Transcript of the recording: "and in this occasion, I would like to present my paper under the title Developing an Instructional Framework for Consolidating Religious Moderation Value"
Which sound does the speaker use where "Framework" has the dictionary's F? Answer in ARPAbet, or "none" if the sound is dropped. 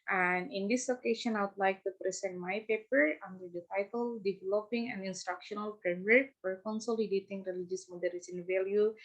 P